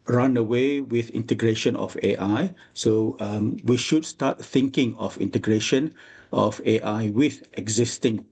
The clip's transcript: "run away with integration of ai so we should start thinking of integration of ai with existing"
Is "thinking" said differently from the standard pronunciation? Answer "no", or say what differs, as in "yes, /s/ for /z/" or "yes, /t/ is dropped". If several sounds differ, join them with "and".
no